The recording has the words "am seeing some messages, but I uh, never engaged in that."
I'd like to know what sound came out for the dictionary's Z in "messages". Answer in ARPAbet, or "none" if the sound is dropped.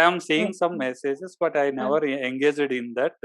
S